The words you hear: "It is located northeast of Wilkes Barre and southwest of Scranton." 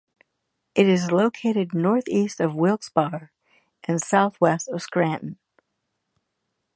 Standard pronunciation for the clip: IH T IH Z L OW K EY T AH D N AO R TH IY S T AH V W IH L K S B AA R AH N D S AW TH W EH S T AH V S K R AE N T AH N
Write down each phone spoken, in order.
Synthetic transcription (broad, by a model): IH T IH Z L OW K EY T AH D N AO R TH IY S T AH V W IH L K S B AA R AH N S AW TH W EH S T AH V S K R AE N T N